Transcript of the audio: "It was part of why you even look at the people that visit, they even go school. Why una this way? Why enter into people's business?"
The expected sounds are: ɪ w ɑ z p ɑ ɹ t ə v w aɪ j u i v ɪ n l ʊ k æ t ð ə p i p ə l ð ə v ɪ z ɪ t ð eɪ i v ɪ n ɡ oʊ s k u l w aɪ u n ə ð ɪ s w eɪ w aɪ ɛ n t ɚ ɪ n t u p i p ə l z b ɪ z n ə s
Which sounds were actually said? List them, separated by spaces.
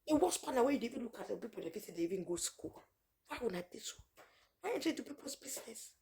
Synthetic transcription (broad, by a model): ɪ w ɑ s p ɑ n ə w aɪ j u i v ɪ n l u k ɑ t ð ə p i p ə l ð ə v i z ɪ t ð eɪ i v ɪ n ɡ oʊ s k u l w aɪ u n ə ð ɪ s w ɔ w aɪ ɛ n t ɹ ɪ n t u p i p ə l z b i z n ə s